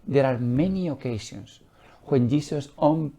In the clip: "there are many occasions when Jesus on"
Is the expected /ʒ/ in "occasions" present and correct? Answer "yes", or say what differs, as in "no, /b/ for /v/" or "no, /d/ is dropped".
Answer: no, /ʃ/ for /ʒ/